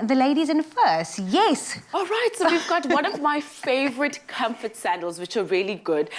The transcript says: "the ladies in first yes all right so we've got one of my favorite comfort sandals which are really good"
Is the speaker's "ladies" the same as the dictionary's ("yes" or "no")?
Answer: yes